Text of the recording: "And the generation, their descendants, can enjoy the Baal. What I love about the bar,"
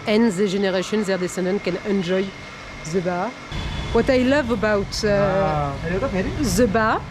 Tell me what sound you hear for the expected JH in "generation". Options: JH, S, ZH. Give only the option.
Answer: ZH